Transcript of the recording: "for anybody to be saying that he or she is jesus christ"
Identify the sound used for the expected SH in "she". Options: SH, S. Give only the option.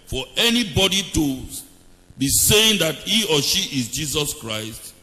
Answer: SH